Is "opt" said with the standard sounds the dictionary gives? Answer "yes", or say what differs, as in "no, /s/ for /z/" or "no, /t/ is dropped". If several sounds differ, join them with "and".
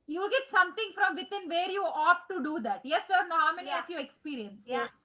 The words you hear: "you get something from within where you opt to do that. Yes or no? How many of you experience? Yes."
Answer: no, /p/ is dropped